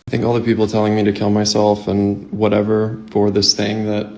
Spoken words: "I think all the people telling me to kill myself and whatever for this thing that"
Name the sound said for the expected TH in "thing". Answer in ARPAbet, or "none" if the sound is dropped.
TH